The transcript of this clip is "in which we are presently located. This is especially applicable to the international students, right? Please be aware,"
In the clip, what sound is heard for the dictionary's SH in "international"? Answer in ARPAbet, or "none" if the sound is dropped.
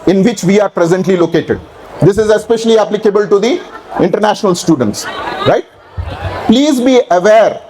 SH